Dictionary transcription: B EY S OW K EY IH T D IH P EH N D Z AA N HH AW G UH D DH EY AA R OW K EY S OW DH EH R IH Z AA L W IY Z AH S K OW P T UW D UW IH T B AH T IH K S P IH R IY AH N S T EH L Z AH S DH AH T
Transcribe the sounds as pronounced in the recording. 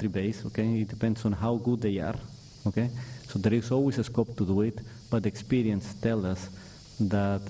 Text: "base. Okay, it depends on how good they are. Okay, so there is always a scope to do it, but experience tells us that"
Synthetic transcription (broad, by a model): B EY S OW K EY IH T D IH P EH N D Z AA N HH AW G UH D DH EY AA R OW K EY S OW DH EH R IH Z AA L W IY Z AH S K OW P T UW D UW IH T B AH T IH K S P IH R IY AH N S T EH L AH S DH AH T